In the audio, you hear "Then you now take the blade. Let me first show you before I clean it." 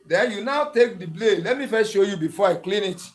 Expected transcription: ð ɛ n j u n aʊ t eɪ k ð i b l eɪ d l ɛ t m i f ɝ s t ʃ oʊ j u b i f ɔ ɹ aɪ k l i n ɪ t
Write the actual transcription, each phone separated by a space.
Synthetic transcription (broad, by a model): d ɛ n j u n aʊ t eɪ k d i b l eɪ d l ɛ t m i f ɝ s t ʃ oʊ j u b i f ɔ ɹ aɪ k l i n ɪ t